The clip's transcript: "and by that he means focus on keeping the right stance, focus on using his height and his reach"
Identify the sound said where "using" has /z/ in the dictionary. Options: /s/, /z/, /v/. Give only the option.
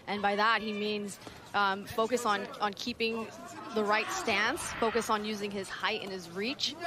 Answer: /z/